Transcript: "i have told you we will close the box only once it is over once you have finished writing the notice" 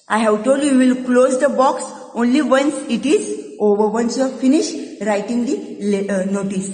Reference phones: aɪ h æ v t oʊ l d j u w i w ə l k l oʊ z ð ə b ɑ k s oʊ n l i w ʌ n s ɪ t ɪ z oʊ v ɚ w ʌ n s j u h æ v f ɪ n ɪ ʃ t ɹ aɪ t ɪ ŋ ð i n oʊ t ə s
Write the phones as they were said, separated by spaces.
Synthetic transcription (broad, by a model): aɪ h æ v t oʊ l d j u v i l k l oʊ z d ə b ɑ k s oʊ n l i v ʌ n s ɪ t ɪ z oʊ v ɚ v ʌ n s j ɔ f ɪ n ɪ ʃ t ɹ aɪ t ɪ ŋ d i n oʊ t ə s